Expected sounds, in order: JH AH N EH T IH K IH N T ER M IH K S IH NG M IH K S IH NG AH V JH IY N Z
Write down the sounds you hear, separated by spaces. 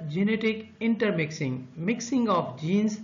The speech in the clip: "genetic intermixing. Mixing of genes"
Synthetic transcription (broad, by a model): JH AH N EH T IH K IH N T ER M IH K S IH NG M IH K S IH NG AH P JH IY N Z